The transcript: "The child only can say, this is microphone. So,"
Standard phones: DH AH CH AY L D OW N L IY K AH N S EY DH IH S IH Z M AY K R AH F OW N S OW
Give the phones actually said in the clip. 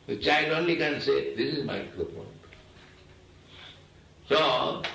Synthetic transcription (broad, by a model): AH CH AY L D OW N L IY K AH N S EY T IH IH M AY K AH P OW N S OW